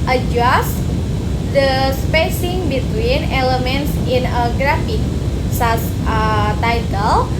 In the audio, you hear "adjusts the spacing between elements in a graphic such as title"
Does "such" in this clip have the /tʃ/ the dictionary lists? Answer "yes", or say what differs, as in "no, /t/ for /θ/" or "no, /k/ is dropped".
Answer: no, /s/ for /tʃ/